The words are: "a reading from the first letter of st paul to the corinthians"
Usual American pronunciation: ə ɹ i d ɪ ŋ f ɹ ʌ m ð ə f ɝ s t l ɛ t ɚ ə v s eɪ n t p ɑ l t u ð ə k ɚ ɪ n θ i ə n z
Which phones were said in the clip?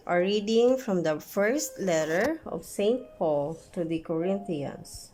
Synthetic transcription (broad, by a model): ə ɹ i d ɪ ŋ f ɹ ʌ m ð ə f ɝ s t l ɛ t ɚ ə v s eɪ n t p ɑ l t u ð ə k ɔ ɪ n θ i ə n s